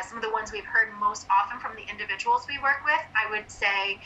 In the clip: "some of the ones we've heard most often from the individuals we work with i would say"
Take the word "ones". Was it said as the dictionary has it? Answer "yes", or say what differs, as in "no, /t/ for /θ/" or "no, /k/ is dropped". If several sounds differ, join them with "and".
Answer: yes